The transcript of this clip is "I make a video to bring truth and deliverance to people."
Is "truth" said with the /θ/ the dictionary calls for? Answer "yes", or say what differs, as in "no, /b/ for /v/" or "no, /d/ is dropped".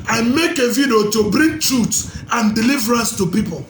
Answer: no, /s/ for /θ/